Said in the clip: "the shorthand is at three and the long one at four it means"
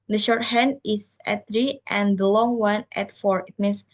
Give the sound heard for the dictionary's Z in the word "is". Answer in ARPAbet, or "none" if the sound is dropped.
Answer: S